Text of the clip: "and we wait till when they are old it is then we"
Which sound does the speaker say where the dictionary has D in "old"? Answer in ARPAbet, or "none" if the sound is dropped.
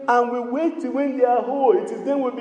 none